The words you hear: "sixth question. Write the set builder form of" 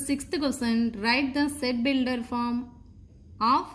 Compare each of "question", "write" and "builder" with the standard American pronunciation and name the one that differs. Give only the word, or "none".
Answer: question